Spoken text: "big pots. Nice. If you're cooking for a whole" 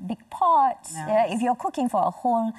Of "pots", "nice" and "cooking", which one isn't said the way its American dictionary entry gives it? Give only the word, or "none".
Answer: nice